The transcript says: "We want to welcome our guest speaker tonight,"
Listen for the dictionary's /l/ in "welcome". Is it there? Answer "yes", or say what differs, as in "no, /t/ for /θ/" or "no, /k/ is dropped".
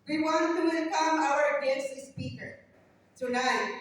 no, /n/ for /l/